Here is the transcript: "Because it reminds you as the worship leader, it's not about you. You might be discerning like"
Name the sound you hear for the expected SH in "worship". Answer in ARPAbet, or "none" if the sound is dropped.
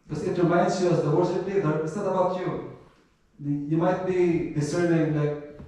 S